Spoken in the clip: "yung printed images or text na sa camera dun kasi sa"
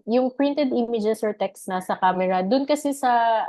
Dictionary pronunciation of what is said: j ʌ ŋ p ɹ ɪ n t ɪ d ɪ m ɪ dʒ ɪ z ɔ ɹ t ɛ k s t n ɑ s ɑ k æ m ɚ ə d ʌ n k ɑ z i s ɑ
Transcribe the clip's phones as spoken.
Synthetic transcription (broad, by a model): j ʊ ŋ p ɹ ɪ n t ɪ d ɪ m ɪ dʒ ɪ s ɔ ɹ t ɛ k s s n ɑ s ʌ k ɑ m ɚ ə d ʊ n k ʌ s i s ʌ